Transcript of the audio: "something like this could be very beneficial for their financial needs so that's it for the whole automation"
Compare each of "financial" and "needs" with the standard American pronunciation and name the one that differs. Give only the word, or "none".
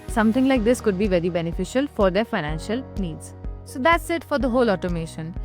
none